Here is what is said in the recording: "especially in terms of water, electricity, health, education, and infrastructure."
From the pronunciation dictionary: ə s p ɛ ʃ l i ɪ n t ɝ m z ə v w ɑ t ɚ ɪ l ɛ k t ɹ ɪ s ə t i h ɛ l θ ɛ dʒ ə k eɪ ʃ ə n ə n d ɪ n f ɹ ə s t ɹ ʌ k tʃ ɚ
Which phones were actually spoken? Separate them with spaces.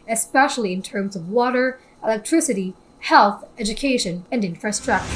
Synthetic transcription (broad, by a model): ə s p ɛ ʃ l i ɪ n t ɝ m z ə v w ɑ t ɚ ɪ l ɛ k t ɹ ɪ s ə t i h ɛ l θ ɛ dʒ ə k eɪ ʃ ə n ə n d ɪ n f ɹ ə s t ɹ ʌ k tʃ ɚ